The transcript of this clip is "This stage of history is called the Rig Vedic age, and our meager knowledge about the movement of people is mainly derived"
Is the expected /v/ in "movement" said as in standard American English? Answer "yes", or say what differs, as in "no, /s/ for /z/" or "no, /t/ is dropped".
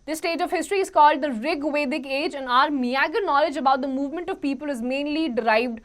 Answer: yes